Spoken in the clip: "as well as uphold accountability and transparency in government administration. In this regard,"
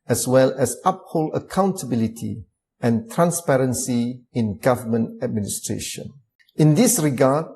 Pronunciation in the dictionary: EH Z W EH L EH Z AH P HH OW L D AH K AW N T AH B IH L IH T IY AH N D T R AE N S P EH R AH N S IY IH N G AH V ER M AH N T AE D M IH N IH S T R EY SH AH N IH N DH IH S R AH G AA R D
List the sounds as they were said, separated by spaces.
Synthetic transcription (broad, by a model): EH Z W EH L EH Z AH P HH OW L AH K AW N T AH B IH L IH T IY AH N T R AE N S P EH R AH N S IY IH N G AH V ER M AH N T AE D M IH N IH S T R EY SH AH N IH N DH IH S R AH G AA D